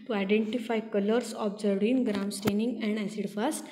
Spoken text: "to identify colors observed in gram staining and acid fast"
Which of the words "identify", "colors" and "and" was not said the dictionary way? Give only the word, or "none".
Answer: colors